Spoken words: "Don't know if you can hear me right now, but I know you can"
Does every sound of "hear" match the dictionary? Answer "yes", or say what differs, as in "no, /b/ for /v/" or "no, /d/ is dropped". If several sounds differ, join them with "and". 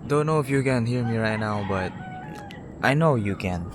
no, /l/ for /ɹ/